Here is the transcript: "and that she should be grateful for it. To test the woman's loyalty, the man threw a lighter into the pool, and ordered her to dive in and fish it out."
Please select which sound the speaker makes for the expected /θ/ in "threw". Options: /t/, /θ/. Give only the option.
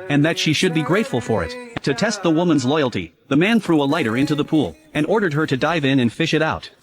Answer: /θ/